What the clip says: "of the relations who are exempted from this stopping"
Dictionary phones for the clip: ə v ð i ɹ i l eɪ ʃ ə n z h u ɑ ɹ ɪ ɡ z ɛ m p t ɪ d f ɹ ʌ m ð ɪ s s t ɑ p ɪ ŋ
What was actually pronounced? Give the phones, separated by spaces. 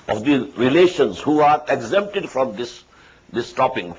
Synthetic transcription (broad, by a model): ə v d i ɹ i l eɪ ʃ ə n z h u ɑ ɹ ɪ ɡ z ɛ m p t ɪ d f ɹ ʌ m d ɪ s s t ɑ p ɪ ŋ